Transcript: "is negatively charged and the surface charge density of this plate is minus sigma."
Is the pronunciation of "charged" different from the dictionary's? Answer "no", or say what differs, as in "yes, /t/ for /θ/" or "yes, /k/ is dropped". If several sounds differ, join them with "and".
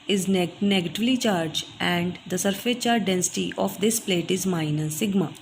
yes, /d/ is dropped